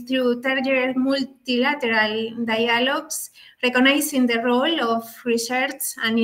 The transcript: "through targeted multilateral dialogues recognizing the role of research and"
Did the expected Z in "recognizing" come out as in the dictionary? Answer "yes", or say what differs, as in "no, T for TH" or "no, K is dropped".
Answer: no, S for Z